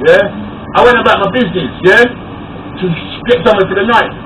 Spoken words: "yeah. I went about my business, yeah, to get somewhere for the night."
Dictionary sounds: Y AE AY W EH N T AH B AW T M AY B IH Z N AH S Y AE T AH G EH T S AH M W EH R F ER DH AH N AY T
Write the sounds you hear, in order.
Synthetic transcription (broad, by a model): Y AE AY W EH N T AH B AW T M AY B IH Z N AH S Y AE T AH G EH T S AH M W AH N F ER DH AH N AY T